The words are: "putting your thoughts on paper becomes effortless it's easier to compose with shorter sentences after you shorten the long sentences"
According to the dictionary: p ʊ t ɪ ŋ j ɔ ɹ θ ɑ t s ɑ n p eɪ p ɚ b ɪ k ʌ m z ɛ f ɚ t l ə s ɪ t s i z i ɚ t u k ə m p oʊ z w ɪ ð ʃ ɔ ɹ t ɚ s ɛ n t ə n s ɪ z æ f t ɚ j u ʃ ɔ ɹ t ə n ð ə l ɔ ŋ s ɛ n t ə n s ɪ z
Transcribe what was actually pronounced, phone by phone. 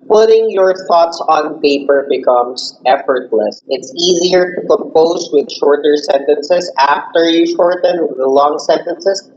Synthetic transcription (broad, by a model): p ʊ t ɪ ŋ j ɔ ɹ θ ɑ t s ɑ n p eɪ p ɚ b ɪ k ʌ m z ɛ f ɚ t l ə s ɪ t s i z i ɚ t u k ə m p oʊ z w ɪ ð ʃ ɔ ɹ t ɚ s ɛ n t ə n s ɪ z æ f t ɚ j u ʃ ɔ ɹ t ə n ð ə l ɔ ŋ s ɛ n t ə n s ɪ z